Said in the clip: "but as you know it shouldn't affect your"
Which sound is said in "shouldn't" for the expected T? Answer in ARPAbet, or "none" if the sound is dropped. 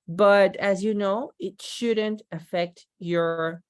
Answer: T